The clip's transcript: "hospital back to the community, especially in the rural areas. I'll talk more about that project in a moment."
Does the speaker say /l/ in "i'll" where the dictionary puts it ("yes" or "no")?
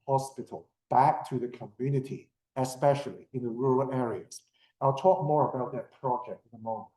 yes